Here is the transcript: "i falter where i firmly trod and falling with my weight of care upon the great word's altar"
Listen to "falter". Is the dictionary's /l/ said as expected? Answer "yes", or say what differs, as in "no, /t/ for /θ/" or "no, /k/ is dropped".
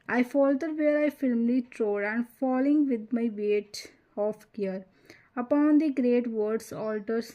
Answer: yes